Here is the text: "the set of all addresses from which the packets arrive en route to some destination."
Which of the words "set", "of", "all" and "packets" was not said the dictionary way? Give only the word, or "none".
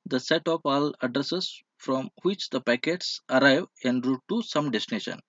of